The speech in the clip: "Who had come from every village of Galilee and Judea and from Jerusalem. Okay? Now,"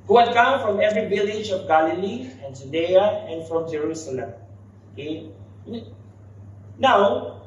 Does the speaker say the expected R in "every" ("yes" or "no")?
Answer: yes